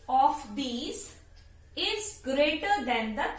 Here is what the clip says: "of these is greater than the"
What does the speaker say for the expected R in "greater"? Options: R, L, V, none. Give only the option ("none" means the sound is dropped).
R